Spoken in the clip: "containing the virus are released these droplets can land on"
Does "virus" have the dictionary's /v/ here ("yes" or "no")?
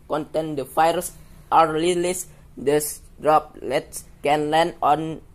no